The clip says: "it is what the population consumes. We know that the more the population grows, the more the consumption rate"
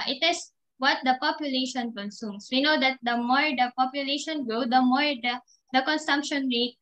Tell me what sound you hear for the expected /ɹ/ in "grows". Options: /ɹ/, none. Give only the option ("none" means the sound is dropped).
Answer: none